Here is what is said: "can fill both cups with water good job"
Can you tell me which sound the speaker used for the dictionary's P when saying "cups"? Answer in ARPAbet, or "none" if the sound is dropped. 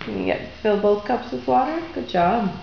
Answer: P